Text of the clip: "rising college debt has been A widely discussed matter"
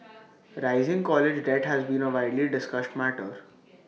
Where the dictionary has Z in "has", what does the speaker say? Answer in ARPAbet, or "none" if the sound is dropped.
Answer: Z